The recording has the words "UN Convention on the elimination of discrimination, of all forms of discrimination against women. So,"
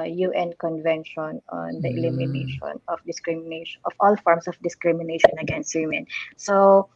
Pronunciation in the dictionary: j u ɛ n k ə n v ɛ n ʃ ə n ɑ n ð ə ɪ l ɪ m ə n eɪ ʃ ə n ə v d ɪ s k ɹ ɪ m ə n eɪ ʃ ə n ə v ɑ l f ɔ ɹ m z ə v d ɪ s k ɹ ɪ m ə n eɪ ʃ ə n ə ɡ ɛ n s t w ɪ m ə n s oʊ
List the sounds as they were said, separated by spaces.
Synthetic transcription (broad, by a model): j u ɛ n k ə n v ɛ n ʃ ə n ɑ n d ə ɪ l ɪ m ə n eɪ ʃ ə n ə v d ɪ s k ɹ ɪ m n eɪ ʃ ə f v ɑ l f ɔ ɹ m s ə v d ɪ s k ɹ ɪ m ə n eɪ ʃ ə n ə ɡ ɛ n s t w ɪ m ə n s oʊ